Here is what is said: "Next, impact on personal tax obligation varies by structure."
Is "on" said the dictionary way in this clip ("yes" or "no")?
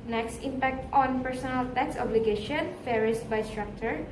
yes